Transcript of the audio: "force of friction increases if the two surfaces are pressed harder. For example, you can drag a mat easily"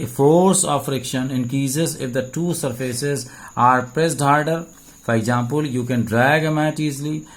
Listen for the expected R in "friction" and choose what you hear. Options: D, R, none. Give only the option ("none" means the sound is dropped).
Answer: R